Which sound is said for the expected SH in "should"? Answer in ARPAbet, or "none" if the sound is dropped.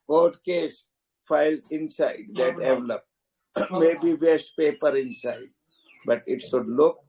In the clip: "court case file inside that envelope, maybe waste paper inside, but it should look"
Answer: S